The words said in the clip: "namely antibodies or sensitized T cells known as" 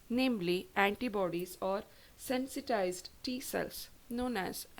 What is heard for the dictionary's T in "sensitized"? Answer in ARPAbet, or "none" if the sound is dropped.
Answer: T